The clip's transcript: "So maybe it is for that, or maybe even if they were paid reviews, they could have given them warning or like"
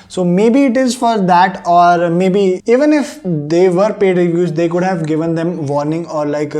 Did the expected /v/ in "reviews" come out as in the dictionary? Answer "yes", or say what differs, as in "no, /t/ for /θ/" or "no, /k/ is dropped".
no, /v/ is dropped